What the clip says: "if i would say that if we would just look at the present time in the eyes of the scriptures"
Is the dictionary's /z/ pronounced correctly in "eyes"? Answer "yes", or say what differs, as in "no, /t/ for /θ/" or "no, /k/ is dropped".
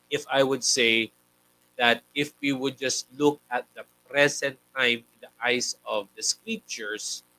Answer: no, /s/ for /z/